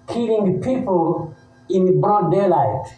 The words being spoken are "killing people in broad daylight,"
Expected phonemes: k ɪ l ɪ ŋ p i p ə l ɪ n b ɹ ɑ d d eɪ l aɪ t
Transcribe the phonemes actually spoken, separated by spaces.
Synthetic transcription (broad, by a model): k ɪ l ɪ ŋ p i p ə l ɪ n b ɑ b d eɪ l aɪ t